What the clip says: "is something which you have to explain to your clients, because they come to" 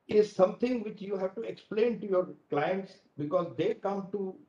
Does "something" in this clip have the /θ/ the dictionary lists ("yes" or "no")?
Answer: no